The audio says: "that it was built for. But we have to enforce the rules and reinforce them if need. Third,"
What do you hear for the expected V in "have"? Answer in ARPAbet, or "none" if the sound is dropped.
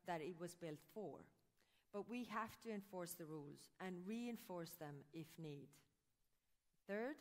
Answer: F